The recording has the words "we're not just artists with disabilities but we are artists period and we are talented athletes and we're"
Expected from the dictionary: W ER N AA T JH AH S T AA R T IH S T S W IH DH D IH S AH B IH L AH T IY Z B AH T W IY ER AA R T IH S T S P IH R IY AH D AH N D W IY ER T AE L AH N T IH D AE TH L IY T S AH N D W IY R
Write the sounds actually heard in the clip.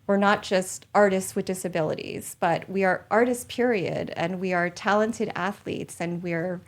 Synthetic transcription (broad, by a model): W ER N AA T JH AH S T AA R T IH S T S W IH DH D IH S AH B IH L AH T IY Z B AH T W IY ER AA R T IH S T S P IH R IY AH D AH N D W IY ER T AE L AH N T IH D AE TH L IY T S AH N W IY R